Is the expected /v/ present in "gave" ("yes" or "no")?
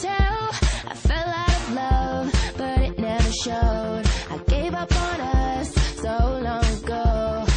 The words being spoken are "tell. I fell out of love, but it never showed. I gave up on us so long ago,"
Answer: yes